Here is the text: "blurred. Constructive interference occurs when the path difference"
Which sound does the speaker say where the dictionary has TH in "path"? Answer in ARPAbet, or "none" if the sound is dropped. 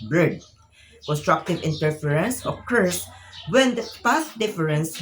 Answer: S